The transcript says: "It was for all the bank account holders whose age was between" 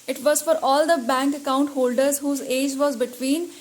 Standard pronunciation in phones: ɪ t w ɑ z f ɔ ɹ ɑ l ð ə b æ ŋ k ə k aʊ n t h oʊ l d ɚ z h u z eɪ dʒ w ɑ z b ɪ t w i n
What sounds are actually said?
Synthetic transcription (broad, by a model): ɪ t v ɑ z f ɔ ɹ ɑ l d ə b æ ŋ k ə k aʊ n t h oʊ l d ɚ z h u z eɪ dʒ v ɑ z b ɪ t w i n